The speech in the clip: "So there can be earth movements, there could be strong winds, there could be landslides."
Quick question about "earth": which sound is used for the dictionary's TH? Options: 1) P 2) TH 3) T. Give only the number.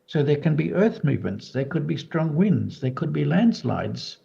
2